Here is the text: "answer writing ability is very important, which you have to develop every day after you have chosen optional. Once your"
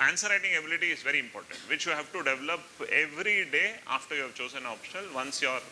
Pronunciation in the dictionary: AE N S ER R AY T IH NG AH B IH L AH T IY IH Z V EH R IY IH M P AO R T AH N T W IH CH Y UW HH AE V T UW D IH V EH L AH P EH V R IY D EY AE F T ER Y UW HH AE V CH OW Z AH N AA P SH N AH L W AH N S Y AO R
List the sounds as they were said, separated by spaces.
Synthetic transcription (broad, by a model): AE N S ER R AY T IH NG AH B IH L AH T IY IH Z V EH R IY IH M P AO R T AH N T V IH CH Y UW HH AE V T UW D IH V EH L AH P EH V R IY D EY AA F T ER Y UW HH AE V CH OW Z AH N AA P SH N AH L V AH N S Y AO R